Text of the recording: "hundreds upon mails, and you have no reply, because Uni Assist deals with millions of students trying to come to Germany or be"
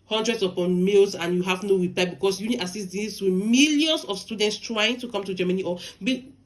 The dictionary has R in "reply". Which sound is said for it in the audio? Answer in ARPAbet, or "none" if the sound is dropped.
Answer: W